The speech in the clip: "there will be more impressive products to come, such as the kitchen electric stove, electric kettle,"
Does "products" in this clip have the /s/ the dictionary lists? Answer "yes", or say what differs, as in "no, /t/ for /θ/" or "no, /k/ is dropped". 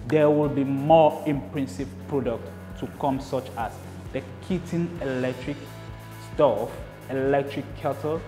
no, /s/ is dropped